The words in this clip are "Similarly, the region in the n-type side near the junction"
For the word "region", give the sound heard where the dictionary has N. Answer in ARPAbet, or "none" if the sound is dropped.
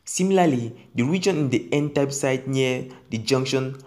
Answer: N